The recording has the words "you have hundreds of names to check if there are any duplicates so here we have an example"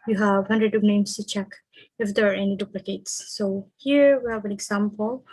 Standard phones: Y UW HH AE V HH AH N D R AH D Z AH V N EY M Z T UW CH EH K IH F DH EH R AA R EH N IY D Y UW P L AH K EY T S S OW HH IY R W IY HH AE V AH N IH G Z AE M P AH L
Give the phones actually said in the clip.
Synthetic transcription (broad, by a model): Y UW HH AE V HH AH N D R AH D AH V N EY M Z T UW CH EH K IH F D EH R AA R EH N IY D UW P L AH K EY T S S OW HH IY R W IY HH AE V AH N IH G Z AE M P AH L